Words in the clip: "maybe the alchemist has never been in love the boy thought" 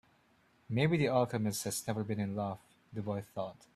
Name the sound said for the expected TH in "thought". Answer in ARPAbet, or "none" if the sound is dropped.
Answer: TH